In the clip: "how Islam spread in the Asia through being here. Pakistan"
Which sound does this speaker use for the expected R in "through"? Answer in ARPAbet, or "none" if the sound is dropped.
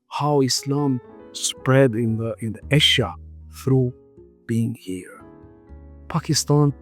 R